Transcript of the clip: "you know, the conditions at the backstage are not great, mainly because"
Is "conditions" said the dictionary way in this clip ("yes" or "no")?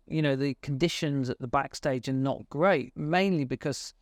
yes